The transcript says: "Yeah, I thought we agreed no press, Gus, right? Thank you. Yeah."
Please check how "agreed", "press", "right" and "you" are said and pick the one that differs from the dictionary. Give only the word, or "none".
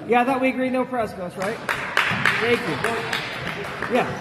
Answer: press